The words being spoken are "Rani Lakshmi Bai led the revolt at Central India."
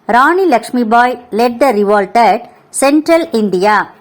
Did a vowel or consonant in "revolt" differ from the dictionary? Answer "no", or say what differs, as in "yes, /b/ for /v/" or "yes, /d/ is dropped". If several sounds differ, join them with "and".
no